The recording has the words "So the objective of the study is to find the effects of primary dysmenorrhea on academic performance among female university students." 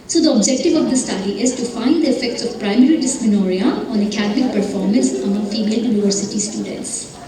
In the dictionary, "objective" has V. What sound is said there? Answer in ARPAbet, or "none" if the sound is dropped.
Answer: V